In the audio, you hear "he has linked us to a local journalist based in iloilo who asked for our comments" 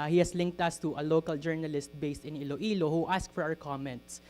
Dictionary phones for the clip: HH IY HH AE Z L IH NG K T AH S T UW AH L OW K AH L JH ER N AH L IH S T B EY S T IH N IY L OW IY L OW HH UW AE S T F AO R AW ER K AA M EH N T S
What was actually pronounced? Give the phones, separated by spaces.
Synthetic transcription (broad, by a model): HH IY HH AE S L IH NG K T AH S T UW AH L OW K AH L JH ER N AH L IH S T B EY S T IH N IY L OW IY L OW HH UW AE S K F AO R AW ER K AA M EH N T S